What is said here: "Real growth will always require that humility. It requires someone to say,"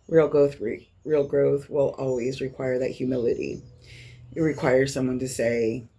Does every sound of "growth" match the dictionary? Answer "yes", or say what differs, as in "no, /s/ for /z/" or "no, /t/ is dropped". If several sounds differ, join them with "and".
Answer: yes